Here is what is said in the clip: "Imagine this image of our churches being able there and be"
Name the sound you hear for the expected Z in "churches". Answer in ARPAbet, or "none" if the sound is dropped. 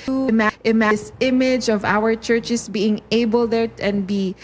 S